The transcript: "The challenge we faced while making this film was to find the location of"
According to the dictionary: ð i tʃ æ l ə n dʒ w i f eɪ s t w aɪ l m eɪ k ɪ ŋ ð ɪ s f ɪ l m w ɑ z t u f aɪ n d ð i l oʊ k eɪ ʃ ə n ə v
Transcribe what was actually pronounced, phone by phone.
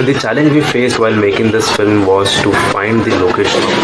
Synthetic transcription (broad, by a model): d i tʃ æ l ə n dʒ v i f eɪ s t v aɪ l m eɪ k ɪ ŋ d ɪ s f ɪ l m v ɑ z t u f aɪ n d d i l oʊ k eɪ ʃ ə n